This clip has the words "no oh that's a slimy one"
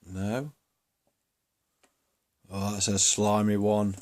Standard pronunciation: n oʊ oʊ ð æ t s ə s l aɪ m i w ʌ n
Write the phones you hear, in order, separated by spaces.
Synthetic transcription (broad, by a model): n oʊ oʊ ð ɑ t s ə s l aɪ m i w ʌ n